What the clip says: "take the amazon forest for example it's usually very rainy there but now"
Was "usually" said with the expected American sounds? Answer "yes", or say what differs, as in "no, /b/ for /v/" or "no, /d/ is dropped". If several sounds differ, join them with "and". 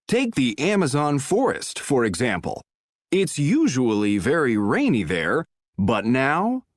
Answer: yes